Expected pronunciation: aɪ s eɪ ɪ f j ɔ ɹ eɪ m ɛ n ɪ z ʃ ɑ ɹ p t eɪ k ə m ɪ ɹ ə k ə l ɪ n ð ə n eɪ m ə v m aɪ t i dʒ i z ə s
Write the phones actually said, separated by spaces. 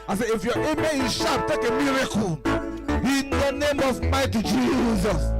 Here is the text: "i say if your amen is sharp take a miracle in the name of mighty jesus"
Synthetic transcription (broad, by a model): aɪ s eɪ ɪ f j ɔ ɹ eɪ m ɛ ɪ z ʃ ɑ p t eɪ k ə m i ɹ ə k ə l ɪ n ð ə n eɪ m ə v m aɪ t i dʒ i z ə s